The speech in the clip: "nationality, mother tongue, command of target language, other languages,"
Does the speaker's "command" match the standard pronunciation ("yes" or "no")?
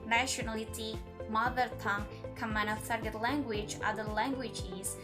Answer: no